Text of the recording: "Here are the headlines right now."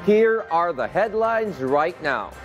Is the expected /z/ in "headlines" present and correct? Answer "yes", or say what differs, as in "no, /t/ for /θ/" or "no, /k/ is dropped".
yes